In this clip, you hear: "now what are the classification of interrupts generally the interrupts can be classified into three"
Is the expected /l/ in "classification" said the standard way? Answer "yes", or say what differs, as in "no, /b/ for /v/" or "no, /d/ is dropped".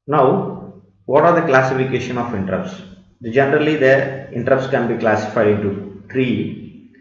yes